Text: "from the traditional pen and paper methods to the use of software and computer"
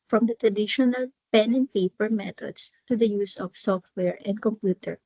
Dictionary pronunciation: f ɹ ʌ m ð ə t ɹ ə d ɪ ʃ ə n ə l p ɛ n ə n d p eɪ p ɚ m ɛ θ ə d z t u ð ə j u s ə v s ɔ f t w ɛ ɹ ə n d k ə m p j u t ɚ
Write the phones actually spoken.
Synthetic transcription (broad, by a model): f ɹ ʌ m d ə t ɹ ə d ɪ ʃ ə n ə l p ɛ n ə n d p eɪ p ɚ m ɛ t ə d s t u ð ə j u s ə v s ɔ f t w ɛ ɹ ə n d k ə m p j u t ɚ